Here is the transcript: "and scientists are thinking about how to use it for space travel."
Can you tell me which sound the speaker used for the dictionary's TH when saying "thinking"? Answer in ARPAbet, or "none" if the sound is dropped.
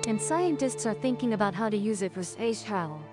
TH